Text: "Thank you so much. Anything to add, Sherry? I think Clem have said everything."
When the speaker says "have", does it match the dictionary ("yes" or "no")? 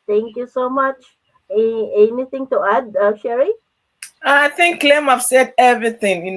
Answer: no